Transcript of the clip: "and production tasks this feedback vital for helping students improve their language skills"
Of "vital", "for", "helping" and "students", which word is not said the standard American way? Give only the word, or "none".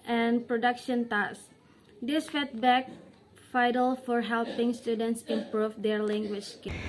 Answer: vital